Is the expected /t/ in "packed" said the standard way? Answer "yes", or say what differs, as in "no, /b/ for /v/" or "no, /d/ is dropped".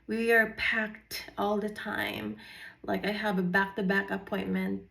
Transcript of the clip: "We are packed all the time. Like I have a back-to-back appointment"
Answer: yes